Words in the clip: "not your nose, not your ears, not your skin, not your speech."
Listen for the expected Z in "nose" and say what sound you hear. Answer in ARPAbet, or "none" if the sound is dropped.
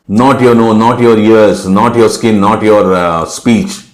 none